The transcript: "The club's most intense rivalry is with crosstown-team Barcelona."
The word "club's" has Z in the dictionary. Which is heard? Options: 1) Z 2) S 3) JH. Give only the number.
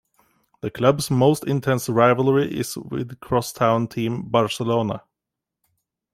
2